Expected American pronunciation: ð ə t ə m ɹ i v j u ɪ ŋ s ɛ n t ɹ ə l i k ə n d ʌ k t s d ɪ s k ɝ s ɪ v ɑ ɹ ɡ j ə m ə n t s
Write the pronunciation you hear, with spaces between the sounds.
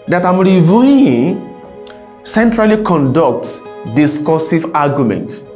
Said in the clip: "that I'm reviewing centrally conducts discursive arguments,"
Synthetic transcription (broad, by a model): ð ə t ə m ɹ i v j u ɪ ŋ s ɛ n t ɹ ə l i k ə n d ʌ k t d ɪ s k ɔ s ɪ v ɑ ɡ j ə m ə n t